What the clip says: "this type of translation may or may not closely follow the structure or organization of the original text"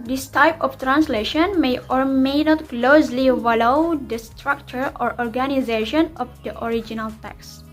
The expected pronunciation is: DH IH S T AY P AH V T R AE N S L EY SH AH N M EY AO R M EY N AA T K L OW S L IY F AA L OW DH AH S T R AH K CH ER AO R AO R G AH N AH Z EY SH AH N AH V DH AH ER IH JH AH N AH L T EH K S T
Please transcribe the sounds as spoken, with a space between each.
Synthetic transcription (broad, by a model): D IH S T AY P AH F T R AE N S L EY SH AH N M EY AO R M EY N AA T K L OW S L IY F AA L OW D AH S T R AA K CH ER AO R AO R G AH N AH Z EY SH AH N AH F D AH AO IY JH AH N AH L T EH K S